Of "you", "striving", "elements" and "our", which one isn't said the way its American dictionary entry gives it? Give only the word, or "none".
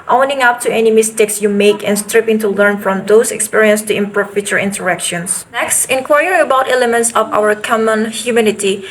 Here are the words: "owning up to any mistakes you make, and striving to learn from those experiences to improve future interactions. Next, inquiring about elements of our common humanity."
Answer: striving